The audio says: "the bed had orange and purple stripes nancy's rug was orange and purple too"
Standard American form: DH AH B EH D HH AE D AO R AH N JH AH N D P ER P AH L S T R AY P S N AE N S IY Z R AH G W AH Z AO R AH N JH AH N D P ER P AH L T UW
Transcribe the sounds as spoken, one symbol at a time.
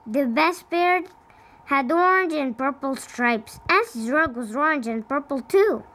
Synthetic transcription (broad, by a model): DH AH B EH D HH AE D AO R N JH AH N P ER P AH L S T R AY P S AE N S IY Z R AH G W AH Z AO R N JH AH N P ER P L T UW